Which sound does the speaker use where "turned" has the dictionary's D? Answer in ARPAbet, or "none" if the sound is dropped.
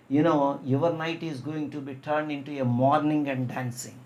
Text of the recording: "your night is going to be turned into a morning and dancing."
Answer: D